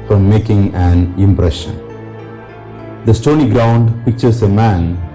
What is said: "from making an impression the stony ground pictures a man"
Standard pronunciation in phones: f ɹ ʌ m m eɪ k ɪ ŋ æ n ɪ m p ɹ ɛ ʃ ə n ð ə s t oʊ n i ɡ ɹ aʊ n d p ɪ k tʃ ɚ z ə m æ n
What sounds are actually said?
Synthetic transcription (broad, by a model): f ɹ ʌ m m eɪ k ɪ ŋ æ n ɪ m p ɹ ɛ ʃ ə n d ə s t oʊ n i ɡ ɹ aʊ n d p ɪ k tʃ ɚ s ə m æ n